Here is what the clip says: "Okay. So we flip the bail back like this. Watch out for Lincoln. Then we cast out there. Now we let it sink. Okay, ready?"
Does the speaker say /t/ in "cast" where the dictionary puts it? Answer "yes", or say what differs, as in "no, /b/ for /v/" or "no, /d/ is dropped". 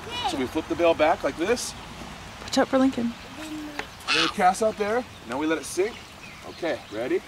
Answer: no, /t/ is dropped